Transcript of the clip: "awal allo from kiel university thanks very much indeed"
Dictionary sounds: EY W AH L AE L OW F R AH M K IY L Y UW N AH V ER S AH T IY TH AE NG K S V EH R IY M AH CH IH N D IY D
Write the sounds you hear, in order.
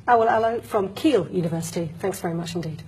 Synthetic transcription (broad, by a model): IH W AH L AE L OW F R AH M K IY L Y UW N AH V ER S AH T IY TH AE NG K S V EH R IY M AH CH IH N D IY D